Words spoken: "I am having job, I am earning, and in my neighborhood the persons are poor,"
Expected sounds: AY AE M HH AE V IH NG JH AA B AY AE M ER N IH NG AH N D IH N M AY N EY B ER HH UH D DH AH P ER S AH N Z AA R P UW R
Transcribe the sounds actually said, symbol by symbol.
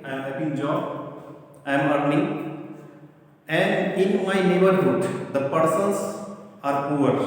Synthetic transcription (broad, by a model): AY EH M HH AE P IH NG JH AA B AY M ER N IH NG AH N D IH N M AY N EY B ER HH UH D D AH P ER S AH N S AA R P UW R